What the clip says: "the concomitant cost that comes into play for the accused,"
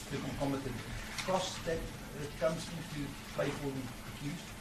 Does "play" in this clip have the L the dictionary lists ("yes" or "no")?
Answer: no